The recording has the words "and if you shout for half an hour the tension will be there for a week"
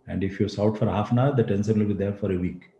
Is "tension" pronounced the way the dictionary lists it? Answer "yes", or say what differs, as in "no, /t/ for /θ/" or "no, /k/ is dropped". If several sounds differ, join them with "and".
no, /s/ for /ʃ/